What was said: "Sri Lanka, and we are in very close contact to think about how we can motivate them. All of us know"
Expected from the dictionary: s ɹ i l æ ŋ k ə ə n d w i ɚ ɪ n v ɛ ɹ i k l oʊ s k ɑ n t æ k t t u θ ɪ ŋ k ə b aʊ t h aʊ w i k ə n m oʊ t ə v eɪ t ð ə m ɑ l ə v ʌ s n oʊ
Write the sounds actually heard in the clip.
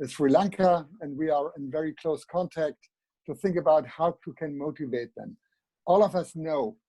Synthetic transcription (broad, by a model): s ɹ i l æ ŋ k ə ə n d w i ɚ ɪ n v ɛ ɹ i k l oʊ s k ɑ n t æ k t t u θ ɪ ŋ k ə b aʊ t h aʊ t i k ə n m oʊ t ə v eɪ t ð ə m ɑ l ə v ʌ s n oʊ